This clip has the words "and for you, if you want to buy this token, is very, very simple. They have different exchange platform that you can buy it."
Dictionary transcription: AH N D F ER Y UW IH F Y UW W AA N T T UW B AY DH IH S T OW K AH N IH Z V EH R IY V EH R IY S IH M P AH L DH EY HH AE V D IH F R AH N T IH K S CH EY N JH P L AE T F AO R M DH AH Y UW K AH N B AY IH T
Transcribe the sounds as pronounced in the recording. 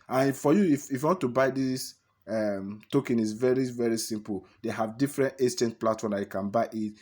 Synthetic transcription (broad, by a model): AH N F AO Y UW IH F Y UW W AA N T T UW B AY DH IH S T OW K AH N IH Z V EH R IY V EH R IY S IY M P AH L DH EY HH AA V D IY F R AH N T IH S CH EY N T P L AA T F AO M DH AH Y UW K AH N B AY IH T